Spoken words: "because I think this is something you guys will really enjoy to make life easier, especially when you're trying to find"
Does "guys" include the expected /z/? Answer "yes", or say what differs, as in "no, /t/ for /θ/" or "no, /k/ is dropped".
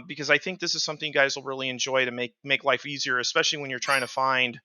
yes